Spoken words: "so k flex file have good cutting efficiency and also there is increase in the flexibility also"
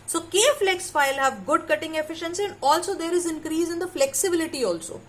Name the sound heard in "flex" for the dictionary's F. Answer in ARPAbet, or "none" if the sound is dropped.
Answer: F